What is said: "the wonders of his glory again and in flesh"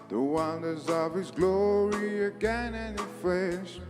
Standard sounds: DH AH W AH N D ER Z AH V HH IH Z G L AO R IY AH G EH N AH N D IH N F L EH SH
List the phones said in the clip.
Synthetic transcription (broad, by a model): DH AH W AH N D ER Z AH V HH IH Z G L AO R IY AH G EH N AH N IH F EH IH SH